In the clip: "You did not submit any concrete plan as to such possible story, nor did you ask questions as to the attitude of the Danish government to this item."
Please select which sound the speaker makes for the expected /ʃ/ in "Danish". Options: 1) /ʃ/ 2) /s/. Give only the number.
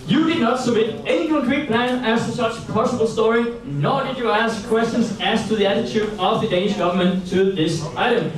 1